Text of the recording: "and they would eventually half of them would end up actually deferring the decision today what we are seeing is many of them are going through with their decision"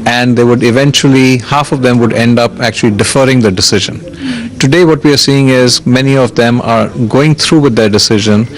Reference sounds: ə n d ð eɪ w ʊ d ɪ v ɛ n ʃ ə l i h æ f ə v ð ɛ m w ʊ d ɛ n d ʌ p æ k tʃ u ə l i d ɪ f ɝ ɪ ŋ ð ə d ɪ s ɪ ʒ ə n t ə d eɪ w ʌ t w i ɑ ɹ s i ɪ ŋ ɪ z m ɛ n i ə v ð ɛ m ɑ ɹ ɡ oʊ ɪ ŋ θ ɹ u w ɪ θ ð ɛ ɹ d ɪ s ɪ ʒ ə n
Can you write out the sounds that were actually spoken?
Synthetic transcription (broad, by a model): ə n d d eɪ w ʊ d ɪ v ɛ n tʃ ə l i h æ f ə v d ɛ m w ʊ d ɛ n d ʌ p æ k tʃ u ə l i d ɪ f ɝ ɪ ŋ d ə d ɪ s ɪ ʒ ə n t ə d eɪ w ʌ t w i ɑ ɹ s i ɪ ŋ ɪ z m ɛ n i ə v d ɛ m ɑ ɹ ɡ oʊ ɪ ŋ t ɹ u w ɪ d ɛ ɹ d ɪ s ɪ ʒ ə n